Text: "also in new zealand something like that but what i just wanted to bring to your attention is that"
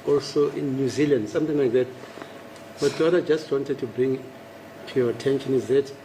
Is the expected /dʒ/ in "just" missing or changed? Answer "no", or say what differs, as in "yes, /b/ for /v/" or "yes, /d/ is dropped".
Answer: no